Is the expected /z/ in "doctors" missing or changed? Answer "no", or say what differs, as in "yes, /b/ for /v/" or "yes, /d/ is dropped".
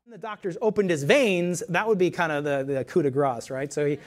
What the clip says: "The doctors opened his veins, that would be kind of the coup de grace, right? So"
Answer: no